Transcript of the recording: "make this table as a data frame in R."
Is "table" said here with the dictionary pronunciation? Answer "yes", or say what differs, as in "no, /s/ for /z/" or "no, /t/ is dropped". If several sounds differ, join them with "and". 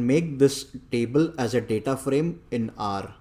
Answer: yes